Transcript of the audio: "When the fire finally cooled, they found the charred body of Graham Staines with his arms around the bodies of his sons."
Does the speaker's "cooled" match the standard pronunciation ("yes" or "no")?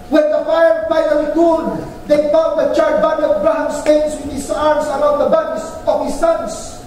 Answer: no